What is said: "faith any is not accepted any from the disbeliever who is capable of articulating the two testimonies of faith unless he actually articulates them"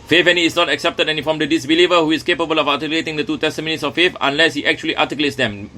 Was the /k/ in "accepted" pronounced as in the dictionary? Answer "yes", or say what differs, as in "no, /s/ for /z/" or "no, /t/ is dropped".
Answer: yes